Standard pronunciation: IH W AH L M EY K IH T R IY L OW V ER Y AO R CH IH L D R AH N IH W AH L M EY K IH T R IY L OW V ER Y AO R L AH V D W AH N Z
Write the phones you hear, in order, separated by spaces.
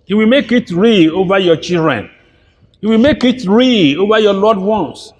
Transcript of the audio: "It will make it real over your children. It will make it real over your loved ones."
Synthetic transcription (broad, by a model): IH W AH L M EY K IH T R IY OW V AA Y AO CH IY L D R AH N IH W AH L M EY K IH T R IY OW V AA Y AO L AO D W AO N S